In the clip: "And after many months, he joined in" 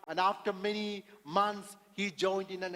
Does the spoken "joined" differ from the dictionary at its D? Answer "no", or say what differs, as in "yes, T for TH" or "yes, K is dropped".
no